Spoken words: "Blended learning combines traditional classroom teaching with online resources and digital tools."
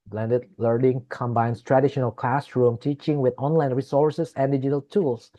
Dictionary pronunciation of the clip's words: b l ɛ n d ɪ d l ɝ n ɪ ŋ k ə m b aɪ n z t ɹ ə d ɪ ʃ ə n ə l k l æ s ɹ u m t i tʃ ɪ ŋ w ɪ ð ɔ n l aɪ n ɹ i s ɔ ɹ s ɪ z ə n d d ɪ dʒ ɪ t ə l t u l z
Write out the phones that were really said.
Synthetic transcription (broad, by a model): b l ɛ n d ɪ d l ɝ n ɪ ŋ k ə m b aɪ n s t ɹ ə d ɪ ʃ ə n ə l k l æ s ɹ u m t i tʃ ɪ ŋ w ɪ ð ɔ n l aɪ n ɹ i s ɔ ɹ s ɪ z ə n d d ɪ dʒ ɪ t ə l t u l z